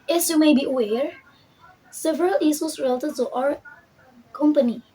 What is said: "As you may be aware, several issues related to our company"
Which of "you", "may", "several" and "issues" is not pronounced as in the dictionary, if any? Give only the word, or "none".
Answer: issues